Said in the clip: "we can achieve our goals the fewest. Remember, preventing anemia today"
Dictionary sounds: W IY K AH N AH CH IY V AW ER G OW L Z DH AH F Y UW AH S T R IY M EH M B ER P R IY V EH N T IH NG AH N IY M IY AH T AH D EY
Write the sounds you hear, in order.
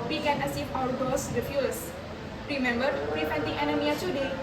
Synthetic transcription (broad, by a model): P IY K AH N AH S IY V AW ER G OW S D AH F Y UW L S R IY M EH M B ER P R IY F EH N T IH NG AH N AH M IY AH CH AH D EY